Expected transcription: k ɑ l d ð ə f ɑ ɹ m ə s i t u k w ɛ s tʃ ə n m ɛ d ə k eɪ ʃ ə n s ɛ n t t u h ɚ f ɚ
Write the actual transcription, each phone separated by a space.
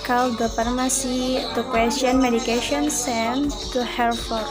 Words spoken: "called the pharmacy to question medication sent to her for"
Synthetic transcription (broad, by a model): k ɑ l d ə p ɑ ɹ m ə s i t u k w ɛ s tʃ ə n m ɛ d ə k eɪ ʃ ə n s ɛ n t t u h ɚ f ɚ